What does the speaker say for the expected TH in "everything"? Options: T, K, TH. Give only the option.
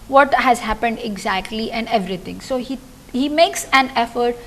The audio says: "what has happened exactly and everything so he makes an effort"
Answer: T